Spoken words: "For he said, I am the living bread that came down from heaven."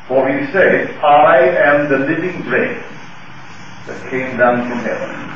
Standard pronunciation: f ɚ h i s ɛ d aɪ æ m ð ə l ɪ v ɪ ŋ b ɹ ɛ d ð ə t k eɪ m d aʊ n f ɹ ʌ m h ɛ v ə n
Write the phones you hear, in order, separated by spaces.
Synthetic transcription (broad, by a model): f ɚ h i s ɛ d aɪ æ m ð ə l ɪ v ɪ ŋ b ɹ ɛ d ð ə t k eɪ m d aʊ n f ɹ ʌ m h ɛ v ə n